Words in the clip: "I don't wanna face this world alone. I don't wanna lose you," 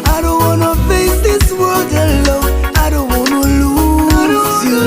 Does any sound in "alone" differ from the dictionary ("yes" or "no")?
yes